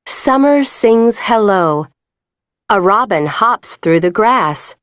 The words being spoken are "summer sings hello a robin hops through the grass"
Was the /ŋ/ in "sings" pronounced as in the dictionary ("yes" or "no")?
yes